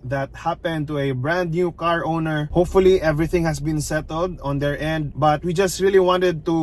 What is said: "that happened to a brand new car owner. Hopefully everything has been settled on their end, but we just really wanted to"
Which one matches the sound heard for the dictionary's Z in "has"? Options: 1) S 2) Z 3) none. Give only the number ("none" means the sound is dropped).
1